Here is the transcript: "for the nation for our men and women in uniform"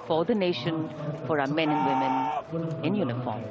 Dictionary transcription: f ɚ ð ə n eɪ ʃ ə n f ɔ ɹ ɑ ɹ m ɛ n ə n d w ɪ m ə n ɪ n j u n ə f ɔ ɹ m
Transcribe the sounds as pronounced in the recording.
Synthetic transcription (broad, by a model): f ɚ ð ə n eɪ ʃ ə n f ɔ ɹ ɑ m ɛ n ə n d w ɪ m ə n ɪ n j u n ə f ɔ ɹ m